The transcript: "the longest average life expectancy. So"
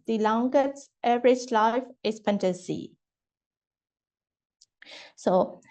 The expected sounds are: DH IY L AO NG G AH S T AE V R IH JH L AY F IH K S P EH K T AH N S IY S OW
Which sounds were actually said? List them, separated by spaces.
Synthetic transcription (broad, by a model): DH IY L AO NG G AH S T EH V R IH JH L AY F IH S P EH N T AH S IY S OW